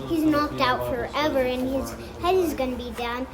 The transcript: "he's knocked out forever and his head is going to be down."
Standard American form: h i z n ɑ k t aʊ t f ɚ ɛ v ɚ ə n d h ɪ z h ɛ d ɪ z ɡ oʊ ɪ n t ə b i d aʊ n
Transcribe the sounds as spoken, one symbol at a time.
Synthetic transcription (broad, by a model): h i z n ɑ k t aʊ t f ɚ ɛ v ɚ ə n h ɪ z h ɛ d ɪ z ɡ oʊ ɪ n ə b i d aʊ n